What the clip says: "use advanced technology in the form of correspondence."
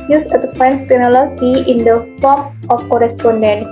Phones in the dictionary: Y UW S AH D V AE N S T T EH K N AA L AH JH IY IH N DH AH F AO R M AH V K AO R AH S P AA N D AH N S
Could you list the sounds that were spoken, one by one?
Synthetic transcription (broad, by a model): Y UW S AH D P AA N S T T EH N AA L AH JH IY IH N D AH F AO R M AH F K AO R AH S P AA N D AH N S